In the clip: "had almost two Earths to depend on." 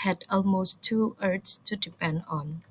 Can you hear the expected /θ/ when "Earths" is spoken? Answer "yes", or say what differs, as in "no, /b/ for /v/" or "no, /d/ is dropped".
no, /t/ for /θ/